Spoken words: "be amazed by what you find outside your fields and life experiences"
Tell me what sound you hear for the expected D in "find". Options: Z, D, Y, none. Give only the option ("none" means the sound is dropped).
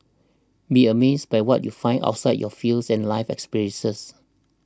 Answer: none